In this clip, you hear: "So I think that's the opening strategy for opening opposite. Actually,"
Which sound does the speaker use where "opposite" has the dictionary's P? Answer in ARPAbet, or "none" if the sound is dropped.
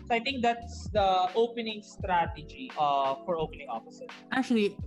F